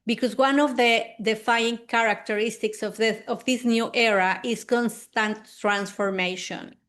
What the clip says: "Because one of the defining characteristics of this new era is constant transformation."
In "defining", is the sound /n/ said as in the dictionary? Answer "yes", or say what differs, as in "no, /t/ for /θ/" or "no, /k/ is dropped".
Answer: no, /n/ is dropped